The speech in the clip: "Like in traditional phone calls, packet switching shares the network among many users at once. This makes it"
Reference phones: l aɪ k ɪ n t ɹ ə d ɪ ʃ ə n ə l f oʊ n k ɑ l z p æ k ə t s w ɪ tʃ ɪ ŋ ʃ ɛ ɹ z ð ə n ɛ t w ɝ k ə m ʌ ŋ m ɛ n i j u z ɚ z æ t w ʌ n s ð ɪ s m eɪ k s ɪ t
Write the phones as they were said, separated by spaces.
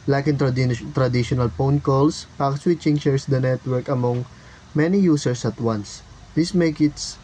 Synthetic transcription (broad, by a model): l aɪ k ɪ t t ɹ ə d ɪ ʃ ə n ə l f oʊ n k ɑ l s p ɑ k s w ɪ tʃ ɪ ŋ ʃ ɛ ɹ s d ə n ɛ t w ɝ k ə m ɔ ŋ m ɛ n i j u s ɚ s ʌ t w ʌ n s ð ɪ s m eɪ k ɪ t